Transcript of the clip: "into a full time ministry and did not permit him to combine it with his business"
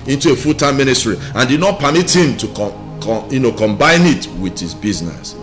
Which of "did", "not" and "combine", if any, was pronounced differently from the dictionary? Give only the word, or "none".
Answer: none